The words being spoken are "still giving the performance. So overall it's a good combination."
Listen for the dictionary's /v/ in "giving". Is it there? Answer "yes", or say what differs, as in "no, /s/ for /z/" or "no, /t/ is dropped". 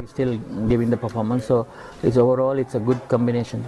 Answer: yes